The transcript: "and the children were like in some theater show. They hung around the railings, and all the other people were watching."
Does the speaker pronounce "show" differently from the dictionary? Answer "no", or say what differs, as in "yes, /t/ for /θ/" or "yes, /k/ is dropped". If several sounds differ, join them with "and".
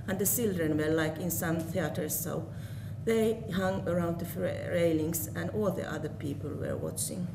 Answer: yes, /s/ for /ʃ/